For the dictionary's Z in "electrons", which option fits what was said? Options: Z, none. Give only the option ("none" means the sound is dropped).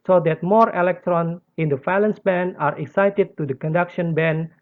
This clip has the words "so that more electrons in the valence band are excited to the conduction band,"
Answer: none